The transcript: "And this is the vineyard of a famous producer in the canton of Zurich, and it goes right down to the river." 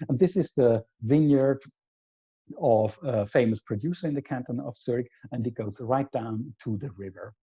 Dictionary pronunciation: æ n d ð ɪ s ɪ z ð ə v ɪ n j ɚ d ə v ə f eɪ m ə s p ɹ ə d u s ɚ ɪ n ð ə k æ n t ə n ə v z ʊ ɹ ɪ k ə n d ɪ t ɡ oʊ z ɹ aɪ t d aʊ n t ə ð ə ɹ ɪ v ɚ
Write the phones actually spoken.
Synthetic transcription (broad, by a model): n ð ɪ s ɪ z ð ə v ɪ n j ɚ d ə v ə f eɪ m ə s p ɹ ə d u s ɚ ɪ n ð ə k æ n t ə n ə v s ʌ ɹ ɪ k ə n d ɪ t ɡ oʊ z ɹ aɪ t d aʊ n t ə ð ə ɹ ɪ v ɚ